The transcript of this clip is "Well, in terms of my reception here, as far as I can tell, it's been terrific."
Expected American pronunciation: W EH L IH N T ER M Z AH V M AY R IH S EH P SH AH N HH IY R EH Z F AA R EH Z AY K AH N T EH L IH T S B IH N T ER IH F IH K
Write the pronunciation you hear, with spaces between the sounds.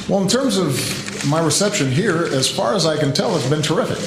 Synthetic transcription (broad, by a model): W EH L IH N T ER M Z AH V M AY R IH S EH P SH AH N HH IY R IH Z F AA R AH Z AY K AH N T EH L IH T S B IH N T ER IH F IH K